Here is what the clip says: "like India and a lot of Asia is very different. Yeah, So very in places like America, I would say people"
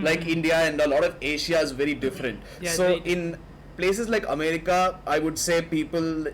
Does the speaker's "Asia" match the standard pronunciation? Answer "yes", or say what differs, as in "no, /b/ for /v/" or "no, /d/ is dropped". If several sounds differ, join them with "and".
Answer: no, /ʃ/ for /ʒ/